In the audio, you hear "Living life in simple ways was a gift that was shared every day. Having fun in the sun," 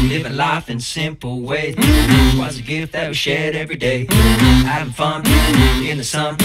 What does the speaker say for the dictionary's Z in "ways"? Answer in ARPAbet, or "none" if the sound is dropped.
none